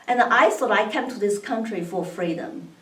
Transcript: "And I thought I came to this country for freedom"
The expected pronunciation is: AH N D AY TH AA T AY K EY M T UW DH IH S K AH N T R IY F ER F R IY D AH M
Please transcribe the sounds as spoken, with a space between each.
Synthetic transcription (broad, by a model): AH N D AY S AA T AY K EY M T UW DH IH S K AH N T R IY F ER F R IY D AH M